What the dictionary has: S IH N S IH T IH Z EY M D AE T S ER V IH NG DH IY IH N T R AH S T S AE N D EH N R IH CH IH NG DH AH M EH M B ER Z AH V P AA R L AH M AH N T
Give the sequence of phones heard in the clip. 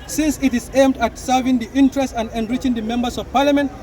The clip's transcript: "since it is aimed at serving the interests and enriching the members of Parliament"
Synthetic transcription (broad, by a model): S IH N S IH T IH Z EY M D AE T S ER V IH NG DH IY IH N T R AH S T AE N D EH N R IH CH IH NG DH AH M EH M B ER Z AH V P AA R L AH M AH N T